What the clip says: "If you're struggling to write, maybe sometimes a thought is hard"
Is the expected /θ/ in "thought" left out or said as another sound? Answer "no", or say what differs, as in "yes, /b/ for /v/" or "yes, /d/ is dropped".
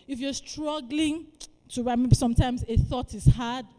no